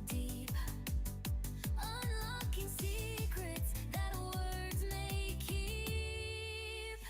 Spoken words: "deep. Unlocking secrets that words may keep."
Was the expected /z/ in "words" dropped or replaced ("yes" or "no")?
no